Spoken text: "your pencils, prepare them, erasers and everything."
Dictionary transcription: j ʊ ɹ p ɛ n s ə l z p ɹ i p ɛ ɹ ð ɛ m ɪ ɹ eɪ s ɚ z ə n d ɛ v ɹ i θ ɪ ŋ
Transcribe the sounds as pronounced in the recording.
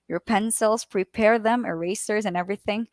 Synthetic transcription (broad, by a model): j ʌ ɹ p ɛ n s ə l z p ɹ i p ɛ ɹ ð ɛ m ɪ ɹ eɪ s ɚ z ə n ɛ v ɹ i θ ɪ ŋ